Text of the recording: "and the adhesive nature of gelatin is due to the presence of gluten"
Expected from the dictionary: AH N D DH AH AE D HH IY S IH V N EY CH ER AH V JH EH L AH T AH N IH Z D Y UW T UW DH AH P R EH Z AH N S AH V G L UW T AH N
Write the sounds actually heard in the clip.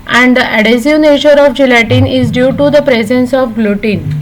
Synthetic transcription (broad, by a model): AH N D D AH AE D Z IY IH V N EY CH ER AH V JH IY L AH T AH N IH Z D Y UW T UW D AH P R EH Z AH N S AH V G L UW T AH N